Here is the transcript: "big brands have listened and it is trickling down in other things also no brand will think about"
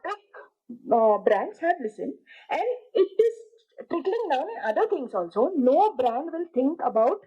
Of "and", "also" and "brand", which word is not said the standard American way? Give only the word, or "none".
none